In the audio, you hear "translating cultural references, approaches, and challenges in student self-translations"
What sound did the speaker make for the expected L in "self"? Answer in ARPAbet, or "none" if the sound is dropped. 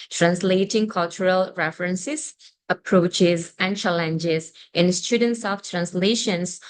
none